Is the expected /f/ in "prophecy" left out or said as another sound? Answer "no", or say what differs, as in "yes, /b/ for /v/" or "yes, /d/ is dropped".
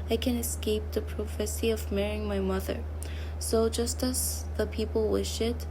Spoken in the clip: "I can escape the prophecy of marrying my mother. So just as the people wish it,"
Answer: no